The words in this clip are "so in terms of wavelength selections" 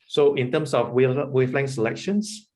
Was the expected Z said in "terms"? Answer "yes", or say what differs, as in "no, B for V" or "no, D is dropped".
no, S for Z